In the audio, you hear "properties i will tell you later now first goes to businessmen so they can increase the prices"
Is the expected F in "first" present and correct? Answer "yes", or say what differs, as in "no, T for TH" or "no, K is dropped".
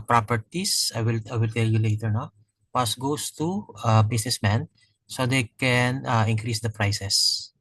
no, P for F